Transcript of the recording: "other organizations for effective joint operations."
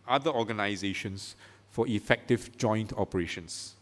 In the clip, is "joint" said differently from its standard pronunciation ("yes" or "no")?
no